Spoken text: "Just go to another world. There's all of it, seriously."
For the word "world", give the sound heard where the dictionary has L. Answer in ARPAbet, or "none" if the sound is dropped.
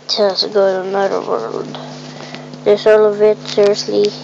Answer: L